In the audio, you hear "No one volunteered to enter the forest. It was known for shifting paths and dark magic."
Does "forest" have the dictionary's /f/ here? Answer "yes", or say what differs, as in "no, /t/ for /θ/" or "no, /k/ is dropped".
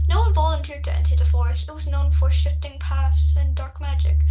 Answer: yes